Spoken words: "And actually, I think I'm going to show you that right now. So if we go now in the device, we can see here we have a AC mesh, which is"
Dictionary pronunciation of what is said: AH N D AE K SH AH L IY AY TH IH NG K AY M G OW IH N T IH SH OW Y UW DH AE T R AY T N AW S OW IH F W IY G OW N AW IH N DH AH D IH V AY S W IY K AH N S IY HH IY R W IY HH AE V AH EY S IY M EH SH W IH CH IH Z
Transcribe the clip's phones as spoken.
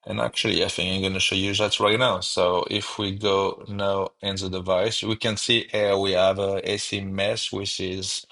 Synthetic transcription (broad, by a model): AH N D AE K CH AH L IY AY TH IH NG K AY M G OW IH N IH SH OW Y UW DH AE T R AY T N AW S OW IH F W IY G OW N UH IH N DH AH D IH V AY S W IY K AH N S IY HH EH W IY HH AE V AH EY S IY M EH S W IH CH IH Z